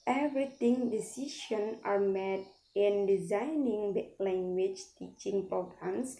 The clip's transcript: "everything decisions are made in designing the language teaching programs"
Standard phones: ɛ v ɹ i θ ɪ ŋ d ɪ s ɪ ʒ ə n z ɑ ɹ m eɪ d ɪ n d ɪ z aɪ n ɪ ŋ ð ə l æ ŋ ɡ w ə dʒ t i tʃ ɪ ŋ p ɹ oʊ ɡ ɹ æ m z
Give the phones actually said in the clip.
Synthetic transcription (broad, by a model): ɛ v ɹ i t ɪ ŋ d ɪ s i ʃ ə n ɑ ɹ m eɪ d ɪ n d ɪ z aɪ n ɪ ŋ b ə l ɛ ŋ ɡ w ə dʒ t i tʃ ɪ ŋ p ɹ oʊ ɡ ɹ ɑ m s